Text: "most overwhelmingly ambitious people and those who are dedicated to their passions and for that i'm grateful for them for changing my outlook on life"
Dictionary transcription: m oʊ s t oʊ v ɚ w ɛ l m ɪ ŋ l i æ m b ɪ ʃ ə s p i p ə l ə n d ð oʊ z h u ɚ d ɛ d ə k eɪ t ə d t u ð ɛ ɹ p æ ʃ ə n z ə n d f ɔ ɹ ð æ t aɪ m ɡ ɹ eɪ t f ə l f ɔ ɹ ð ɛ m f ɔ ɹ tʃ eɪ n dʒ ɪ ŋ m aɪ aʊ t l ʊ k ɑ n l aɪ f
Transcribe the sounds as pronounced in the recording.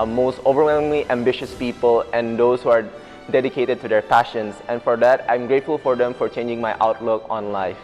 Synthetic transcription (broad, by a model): m oʊ s t oʊ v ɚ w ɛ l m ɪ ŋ l i æ m b ɪ ʃ ə s p i p ə l ə n d oʊ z h u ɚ d ɛ d ə k eɪ t ə d t u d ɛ ɹ p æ ʃ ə n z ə n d f ɔ ɹ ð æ t aɪ m ɡ ɹ eɪ t f ə l f ɔ ɹ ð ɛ m f ɔ ɹ tʃ eɪ n dʒ ɪ ŋ m aɪ aʊ t l ʊ k ɑ n l aɪ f